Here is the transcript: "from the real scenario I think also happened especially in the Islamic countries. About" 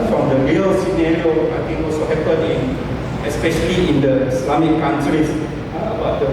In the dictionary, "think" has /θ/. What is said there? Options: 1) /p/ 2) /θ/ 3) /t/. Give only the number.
3